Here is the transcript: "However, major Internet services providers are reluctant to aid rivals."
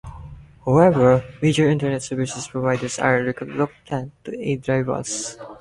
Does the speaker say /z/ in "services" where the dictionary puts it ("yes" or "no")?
no